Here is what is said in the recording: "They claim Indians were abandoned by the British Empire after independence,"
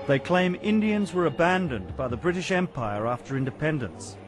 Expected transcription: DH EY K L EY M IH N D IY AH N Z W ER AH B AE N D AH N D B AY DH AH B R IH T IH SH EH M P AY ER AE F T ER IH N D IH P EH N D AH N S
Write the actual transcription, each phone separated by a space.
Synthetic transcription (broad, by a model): DH EY K L EY M IH N D IY AH N Z W ER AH B AE N D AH N B AY DH AH B R IH T IH SH EH M P AY ER AE F T ER IH N D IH P EH N D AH N S